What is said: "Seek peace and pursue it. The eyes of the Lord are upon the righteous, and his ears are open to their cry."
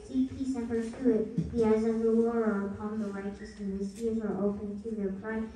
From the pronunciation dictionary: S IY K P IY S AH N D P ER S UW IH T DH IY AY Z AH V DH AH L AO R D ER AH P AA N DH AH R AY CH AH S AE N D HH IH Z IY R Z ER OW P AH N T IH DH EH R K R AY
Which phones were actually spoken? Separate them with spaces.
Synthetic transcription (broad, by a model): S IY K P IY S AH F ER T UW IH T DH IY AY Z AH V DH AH W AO R ER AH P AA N DH AH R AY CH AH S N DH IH S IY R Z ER OW P AH N T IH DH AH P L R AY